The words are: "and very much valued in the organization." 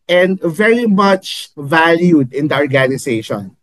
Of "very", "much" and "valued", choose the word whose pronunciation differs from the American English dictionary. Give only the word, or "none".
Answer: none